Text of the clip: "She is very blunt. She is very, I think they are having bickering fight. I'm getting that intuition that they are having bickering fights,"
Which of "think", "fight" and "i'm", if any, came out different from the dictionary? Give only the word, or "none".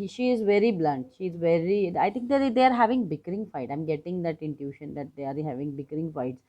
think